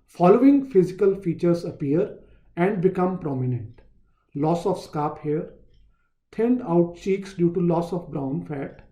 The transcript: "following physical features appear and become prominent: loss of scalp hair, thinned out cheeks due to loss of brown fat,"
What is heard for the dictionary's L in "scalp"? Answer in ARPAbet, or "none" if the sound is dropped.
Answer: none